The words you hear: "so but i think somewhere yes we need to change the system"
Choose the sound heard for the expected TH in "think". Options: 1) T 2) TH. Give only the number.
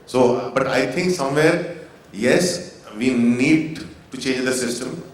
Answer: 1